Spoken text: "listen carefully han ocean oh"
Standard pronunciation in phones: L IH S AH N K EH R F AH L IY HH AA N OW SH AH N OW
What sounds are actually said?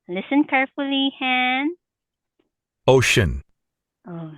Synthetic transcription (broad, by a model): L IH S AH N K EH R F AH L IY HH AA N OW SH AH N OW